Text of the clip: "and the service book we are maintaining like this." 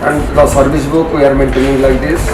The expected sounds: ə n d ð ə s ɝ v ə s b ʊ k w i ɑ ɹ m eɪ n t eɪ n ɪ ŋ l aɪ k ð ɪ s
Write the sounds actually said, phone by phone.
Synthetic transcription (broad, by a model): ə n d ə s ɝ b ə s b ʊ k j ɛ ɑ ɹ m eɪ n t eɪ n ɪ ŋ l aɪ k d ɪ s